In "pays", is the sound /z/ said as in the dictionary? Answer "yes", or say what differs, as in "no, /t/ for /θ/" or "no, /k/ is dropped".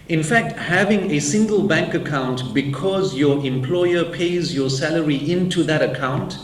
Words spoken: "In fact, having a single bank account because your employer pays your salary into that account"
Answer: yes